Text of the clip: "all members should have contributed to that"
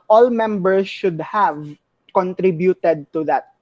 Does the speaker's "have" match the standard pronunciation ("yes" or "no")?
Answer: yes